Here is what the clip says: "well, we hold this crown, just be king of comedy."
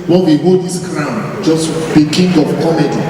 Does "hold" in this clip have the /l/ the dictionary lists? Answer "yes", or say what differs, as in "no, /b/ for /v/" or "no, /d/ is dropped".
no, /l/ is dropped